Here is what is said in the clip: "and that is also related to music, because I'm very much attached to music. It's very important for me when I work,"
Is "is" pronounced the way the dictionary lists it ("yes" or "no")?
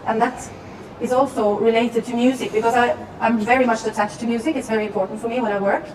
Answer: yes